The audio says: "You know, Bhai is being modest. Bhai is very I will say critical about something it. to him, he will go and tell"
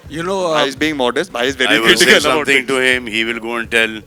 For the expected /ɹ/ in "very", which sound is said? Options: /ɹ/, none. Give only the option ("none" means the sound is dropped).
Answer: none